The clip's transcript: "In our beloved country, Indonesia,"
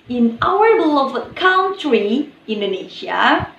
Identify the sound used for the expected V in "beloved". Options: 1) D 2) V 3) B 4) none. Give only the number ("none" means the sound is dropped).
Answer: 4